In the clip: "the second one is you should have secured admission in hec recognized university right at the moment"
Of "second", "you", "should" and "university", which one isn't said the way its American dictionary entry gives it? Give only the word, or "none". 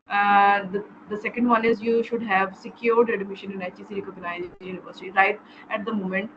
none